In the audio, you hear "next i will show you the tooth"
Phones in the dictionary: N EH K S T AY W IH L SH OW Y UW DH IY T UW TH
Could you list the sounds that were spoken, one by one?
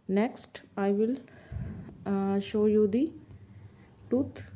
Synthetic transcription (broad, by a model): N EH K S T AY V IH L SH OW Y UW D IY T UW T